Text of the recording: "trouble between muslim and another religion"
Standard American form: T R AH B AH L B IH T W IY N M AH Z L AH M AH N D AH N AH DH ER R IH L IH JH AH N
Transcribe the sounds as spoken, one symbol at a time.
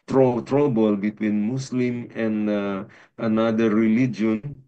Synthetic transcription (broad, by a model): T R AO B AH L B IH T W IY N M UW S L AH M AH N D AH N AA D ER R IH L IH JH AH N